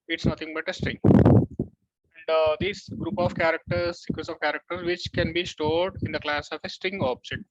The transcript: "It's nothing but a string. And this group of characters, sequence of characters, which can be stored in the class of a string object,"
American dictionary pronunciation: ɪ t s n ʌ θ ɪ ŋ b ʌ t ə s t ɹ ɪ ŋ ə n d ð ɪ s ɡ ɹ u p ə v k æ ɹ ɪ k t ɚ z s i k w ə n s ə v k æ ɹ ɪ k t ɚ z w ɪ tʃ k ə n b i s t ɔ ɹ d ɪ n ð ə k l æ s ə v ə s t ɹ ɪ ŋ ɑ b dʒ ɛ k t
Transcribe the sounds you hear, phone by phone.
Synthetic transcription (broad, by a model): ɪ t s n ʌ t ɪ ŋ b ʌ t ə s t ɹ ɪ ŋ ə n d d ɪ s ɡ ɹ u p ə v k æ ɹ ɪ k t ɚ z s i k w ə s ə v k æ ɹ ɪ k t ɚ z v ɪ tʃ k ə n b i s t ɔ ɹ d ɪ n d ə k l æ s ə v ə s t ɹ ɪ ŋ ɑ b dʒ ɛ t